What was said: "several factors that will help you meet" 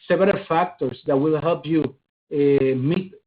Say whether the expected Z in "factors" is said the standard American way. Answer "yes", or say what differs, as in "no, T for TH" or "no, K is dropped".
no, S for Z